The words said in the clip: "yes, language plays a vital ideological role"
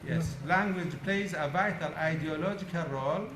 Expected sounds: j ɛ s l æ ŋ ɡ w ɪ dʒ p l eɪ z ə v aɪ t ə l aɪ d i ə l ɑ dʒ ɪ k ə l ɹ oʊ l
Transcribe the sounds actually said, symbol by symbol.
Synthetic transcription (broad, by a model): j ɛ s l æ ŋ ɡ w ɪ dʒ p l eɪ z ə v aɪ t ə l aɪ d i ə l ɑ dʒ ɪ k ə l ɹ oʊ l